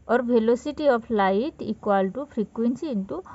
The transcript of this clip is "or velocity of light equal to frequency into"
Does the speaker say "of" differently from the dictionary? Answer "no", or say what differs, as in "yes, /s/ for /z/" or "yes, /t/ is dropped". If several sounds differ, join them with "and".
yes, /p/ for /v/